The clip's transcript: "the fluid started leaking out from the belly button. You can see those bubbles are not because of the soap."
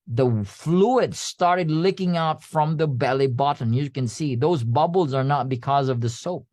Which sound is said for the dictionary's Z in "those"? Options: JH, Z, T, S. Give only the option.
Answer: Z